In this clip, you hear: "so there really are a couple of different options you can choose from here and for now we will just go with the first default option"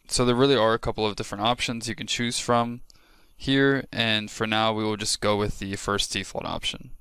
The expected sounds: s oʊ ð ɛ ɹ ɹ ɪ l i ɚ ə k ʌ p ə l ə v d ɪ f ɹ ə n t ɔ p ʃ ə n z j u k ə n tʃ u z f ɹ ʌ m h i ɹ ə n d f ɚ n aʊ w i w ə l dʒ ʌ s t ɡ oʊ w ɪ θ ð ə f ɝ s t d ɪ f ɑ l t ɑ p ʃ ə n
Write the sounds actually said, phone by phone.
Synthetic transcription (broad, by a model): s oʊ ð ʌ ɹ ɹ ɪ l i ɚ ə k ʌ p l ə v d ɪ f ɹ ə n t ɔ p ʃ ə n z j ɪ k ə n tʃ u z f ɹ ʌ m h i ɹ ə n f ɚ n aʊ w i w ə l dʒ ʌ s ɡ oʊ w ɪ ð ə f ɝ s t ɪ f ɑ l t ɑ p ʃ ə n